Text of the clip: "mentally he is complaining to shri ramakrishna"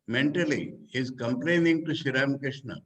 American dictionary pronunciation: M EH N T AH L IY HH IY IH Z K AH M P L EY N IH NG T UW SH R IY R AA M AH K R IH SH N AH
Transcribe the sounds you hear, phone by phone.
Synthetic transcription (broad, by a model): M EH N T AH L IY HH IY IH Z K AH M P L EY N IH NG T UW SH IY R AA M K R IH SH N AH